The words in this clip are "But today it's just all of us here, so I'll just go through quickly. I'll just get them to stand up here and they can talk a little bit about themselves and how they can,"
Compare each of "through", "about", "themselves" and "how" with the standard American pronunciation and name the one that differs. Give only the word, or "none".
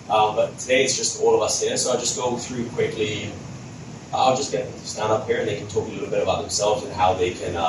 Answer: none